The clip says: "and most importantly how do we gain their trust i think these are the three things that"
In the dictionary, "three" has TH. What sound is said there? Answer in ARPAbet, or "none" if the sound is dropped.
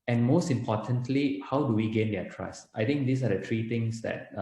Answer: T